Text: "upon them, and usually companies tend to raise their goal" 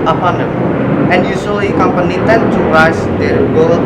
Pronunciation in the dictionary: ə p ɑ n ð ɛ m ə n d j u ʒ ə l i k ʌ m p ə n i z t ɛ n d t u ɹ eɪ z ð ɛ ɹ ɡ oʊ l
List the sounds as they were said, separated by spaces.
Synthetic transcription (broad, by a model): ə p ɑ n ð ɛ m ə n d j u s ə i k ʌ m p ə n i t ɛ n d t u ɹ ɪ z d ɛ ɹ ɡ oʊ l